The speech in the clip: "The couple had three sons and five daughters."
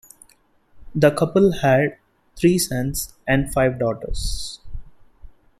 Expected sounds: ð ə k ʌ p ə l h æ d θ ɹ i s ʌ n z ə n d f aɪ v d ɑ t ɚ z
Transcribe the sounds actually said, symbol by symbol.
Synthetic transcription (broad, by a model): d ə k ʌ p ə l h æ d t ɹ i s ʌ n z ə n d f aɪ v d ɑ t ɚ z